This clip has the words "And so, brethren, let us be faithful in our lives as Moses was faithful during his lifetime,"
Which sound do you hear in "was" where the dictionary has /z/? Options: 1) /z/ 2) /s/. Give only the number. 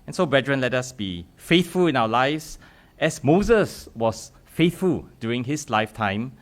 2